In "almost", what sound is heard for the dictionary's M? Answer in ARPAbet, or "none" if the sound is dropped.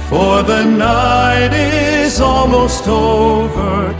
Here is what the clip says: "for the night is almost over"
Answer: M